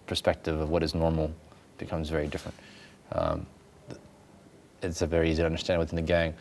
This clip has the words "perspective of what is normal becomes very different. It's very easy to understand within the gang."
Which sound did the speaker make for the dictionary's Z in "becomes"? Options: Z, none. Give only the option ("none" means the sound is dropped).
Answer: Z